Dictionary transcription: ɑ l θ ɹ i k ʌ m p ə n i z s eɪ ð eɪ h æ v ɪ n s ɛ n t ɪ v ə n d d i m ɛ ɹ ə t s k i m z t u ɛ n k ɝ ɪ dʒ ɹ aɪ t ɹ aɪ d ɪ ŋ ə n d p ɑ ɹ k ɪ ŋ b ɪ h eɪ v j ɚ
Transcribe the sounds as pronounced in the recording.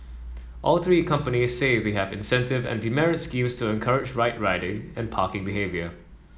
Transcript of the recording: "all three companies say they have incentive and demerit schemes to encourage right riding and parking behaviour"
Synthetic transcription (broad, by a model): ɑ l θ ɹ i k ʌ m p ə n i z s eɪ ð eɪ h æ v ɪ n s ɛ n t ɪ v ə n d d i m ɛ ɹ ə t s k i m s t u ɛ n k ɝ ɪ dʒ ɹ aɪ t ɹ aɪ d ɪ ŋ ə n p ɑ k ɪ ŋ b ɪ h eɪ v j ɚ